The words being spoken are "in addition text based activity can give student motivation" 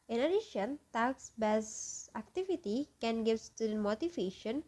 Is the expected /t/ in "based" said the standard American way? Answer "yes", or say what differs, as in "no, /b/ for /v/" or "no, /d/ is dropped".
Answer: no, /t/ is dropped